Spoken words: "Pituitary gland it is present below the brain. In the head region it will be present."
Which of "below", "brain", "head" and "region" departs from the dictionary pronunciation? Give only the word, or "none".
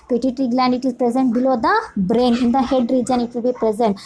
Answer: none